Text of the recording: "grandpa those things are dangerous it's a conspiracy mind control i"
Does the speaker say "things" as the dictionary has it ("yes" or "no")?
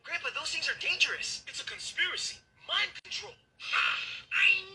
yes